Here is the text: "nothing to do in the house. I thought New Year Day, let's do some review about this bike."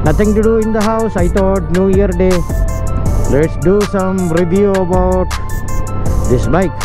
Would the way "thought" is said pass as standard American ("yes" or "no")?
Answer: no